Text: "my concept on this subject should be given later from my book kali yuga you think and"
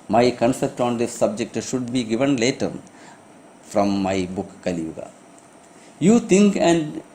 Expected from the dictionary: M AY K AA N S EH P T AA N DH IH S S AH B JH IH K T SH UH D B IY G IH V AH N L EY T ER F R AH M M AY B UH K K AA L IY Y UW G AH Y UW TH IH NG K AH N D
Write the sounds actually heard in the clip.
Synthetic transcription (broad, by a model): M AY K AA N S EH P T AA N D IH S S AH B JH IH K T SH UH D B IY G IH V AH N L EY T ER F R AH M M AY B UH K K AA L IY Y UW G AH Y UW T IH NG K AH N D